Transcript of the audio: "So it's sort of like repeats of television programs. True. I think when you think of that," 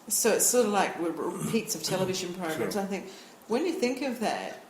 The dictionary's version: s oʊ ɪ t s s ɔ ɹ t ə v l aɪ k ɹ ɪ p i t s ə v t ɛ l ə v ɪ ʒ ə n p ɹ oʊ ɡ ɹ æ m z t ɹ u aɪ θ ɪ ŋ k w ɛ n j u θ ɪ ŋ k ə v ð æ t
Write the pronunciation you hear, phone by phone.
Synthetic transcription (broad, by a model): s oʊ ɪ t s s ɔ ɹ t ə v l aɪ k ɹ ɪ p i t s ə v t ɛ l ə v ɪ ʒ ə n p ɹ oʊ ɡ ɹ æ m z aɪ θ ɪ ŋ k w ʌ n j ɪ θ ɪ ŋ k ə v ð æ t